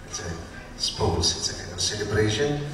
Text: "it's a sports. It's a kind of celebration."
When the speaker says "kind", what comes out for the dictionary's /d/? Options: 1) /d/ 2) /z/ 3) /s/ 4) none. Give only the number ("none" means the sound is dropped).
4